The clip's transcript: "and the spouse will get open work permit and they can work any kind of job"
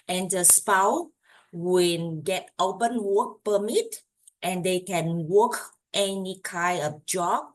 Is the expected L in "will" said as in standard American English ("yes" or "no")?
no